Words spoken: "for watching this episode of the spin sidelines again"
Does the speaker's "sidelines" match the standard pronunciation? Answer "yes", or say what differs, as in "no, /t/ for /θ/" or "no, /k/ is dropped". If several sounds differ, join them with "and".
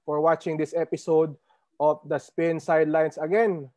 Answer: no, /s/ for /z/